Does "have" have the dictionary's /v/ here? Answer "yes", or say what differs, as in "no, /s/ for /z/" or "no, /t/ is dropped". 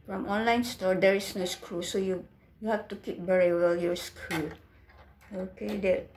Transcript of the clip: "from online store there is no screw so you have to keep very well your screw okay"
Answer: no, /f/ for /v/